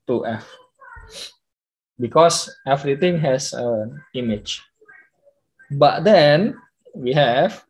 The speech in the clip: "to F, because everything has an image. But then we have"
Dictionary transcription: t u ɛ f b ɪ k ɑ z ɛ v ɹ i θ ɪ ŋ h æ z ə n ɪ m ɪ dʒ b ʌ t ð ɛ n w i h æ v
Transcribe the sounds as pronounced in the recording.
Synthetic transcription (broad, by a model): t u ɛ f b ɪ k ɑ s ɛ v ɹ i t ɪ ŋ h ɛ s ə n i m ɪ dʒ b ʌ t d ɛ n w i h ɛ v